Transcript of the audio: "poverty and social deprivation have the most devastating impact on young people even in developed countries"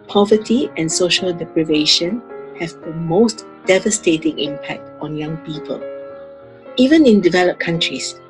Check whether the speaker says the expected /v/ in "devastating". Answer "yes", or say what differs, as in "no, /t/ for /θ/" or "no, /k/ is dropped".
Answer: yes